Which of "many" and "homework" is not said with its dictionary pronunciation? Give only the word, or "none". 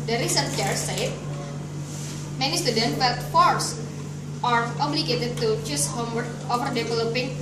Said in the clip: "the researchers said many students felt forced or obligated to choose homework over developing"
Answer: homework